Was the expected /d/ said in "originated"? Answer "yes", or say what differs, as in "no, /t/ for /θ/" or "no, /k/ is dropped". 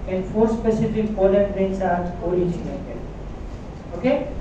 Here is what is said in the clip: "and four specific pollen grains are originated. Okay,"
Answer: no, /d/ is dropped